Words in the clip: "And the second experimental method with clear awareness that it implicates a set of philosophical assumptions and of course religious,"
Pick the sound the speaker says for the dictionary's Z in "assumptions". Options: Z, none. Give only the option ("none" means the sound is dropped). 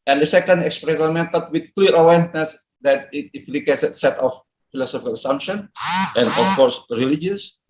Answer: none